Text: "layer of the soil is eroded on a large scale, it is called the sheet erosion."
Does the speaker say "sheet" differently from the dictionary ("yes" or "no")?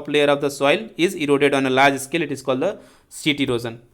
yes